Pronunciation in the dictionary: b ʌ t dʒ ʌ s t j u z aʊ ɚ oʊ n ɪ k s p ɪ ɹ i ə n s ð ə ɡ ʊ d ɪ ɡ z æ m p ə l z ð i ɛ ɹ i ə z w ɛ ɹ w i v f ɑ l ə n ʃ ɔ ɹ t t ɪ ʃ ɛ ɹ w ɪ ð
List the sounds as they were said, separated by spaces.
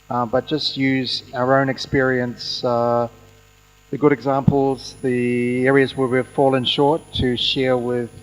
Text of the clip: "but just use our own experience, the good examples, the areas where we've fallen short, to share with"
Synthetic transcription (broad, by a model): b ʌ t dʒ ʌ s t j u z aʊ ɚ oʊ n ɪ k s p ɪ ɹ i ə n s ð ə ɡ ʊ d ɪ ɡ z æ m p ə l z ð i ɛ ɹ i ə z w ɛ ɹ w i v f ɑ l ə n ʃ ɔ ɹ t t ɪ ʃ ɛ ɹ w ɪ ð